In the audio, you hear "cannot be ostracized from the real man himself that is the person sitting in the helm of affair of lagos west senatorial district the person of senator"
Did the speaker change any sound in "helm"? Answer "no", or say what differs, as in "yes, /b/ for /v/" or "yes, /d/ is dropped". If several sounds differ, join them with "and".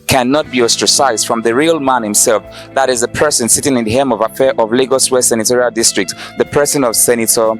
yes, /l/ is dropped